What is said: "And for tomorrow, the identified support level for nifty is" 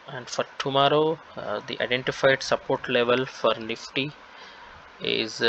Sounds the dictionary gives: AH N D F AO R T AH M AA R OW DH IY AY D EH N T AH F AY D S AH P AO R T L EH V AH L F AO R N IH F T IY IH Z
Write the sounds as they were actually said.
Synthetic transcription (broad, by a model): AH N D F AO R T AH M AA R OW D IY AY D EH N T AH F AY D S AH P AO R T L EH V AH L F AO R N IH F T IY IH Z